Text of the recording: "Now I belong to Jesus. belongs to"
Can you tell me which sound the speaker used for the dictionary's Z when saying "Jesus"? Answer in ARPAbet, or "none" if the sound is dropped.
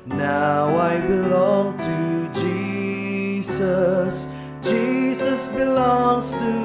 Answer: Z